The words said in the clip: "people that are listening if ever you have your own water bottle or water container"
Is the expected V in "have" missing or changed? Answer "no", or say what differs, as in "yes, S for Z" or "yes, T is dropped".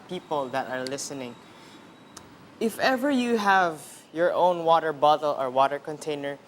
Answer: no